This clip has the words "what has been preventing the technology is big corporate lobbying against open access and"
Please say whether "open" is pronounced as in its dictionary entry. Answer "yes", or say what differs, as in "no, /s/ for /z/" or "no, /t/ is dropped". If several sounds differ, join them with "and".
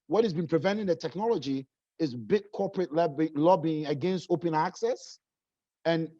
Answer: yes